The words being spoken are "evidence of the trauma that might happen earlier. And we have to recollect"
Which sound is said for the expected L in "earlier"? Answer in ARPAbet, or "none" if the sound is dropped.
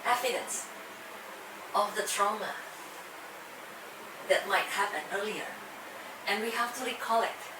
L